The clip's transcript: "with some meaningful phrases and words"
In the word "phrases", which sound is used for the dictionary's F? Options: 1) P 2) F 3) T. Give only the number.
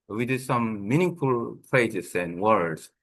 1